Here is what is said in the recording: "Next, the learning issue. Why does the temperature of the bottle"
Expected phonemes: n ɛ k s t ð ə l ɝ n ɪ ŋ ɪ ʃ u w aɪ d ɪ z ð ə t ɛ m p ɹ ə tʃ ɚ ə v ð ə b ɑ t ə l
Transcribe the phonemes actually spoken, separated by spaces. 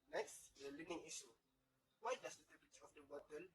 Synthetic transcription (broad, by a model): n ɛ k s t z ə l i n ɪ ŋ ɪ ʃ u w aɪ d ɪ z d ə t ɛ p ə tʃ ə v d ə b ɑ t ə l